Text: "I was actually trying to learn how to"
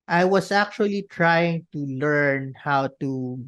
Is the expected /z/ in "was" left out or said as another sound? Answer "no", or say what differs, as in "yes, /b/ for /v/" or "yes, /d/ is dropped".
yes, /s/ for /z/